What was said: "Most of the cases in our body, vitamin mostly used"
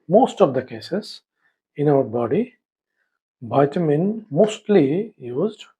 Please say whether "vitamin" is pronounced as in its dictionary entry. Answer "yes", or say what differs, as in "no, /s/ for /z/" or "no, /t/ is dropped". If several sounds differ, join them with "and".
no, /b/ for /v/